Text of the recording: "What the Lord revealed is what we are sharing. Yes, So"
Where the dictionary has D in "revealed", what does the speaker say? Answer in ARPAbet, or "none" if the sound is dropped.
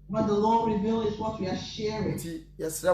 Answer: none